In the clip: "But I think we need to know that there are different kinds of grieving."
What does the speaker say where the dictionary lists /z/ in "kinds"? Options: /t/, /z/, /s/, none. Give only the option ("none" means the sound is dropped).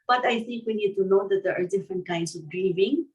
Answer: /s/